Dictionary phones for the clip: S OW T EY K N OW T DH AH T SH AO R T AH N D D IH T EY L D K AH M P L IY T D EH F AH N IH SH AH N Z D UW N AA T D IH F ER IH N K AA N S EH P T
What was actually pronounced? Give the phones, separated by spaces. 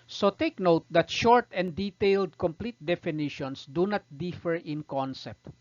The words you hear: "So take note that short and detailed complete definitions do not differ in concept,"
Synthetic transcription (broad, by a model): S OW T EY K N OW T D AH T SH AO R T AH N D D IH T EY L D K AH M P L IY T D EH F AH N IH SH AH N S D UW N AA T D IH F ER IH N K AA N S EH P T